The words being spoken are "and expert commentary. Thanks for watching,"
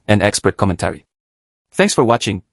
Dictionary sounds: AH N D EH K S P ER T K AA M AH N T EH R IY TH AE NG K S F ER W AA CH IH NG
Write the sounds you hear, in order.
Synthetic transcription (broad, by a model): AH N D EH K S P ER T K AA M AH N T EH R IY TH AE NG K S F ER W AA CH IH NG